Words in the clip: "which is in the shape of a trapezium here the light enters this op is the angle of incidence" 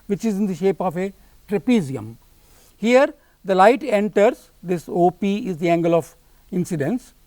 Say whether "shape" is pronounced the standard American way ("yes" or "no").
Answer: yes